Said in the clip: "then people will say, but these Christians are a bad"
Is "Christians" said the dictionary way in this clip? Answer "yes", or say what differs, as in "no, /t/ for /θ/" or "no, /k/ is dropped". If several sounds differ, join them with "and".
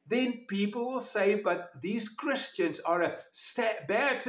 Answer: yes